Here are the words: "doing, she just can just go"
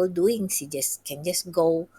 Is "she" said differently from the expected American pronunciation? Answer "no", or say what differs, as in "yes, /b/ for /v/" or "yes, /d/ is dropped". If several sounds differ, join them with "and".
yes, /s/ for /ʃ/